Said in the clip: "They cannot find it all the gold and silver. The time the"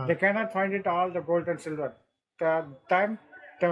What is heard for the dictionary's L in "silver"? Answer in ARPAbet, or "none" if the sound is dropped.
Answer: L